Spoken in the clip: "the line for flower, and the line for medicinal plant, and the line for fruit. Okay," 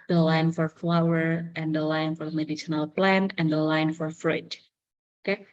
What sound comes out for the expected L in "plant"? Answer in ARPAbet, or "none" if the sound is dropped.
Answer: L